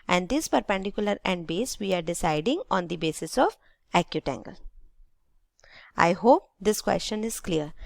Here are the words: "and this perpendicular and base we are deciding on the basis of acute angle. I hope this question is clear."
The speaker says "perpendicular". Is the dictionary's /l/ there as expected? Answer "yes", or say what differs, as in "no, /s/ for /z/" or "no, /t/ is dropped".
yes